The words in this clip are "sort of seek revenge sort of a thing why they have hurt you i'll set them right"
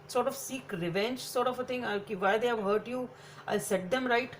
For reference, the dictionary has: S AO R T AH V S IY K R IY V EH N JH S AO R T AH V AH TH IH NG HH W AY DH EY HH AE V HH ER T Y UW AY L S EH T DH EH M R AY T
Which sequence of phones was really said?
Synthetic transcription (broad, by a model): S AO R T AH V S IY K R IY V EH N JH S AO R T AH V AH T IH NG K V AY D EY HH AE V HH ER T Y UW AY L S EH T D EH M R AY T